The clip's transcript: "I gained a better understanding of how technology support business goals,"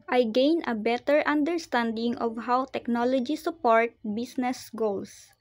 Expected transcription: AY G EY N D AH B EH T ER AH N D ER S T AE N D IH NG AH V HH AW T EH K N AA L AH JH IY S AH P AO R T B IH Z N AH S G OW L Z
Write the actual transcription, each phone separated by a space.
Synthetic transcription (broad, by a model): AY G EY N AH B EH T ER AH N D ER S T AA N D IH NG AH V HH AW T EH K N AA L AH JH IY S AH P AO R T B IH S N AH S G OW L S